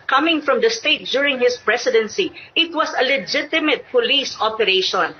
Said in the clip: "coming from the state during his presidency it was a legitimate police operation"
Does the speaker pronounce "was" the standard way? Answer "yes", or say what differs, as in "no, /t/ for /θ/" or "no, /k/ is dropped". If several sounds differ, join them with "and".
no, /s/ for /z/